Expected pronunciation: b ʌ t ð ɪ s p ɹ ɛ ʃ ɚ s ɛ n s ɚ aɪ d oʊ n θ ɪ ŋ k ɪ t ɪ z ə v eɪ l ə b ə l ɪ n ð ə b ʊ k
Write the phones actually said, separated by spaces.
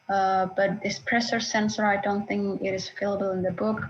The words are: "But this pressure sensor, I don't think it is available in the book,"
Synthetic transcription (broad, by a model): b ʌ t ð ɪ s p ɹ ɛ s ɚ s ɛ n s ɚ aɪ d oʊ n θ ɪ ŋ k ɪ t ɪ z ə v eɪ l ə b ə l ɪ n ð ə b ʊ k